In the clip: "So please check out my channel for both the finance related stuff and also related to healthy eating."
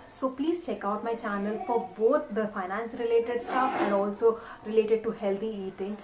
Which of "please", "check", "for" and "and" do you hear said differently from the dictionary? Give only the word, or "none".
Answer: none